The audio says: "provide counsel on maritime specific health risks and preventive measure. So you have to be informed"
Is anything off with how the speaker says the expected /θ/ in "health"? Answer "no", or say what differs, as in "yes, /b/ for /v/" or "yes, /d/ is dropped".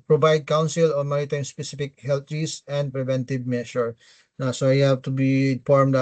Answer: yes, /t/ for /θ/